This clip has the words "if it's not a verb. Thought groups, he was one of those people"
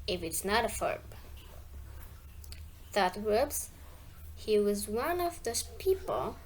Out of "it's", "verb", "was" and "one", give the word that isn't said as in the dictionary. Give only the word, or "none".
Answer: verb